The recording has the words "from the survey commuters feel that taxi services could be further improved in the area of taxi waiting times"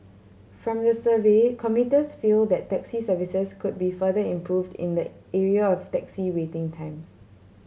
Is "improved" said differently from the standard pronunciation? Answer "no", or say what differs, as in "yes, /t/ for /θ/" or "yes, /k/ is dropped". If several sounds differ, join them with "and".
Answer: no